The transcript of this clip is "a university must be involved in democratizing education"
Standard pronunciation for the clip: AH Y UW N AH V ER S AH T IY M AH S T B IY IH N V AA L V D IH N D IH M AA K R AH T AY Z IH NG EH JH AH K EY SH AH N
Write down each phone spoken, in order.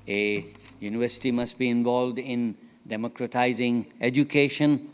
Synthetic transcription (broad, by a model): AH Y UW N AH V ER S AH T IY M AH S T B IY IH N V AA L V D IH N D IH M AA K R AH T AY Z IH NG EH JH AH K EY SH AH N